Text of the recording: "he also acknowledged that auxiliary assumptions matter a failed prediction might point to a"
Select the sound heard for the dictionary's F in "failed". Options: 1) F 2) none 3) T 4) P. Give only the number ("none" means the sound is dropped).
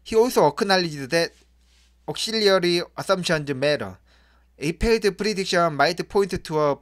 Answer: 4